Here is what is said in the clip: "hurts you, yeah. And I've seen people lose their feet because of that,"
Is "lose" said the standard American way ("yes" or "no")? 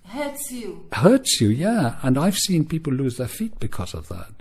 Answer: yes